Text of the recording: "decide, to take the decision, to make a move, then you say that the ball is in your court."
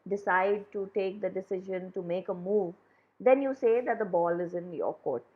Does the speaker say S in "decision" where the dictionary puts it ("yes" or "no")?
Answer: yes